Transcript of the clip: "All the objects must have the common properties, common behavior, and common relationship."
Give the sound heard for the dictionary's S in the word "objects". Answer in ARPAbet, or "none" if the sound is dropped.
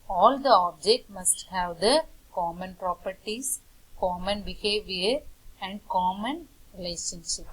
none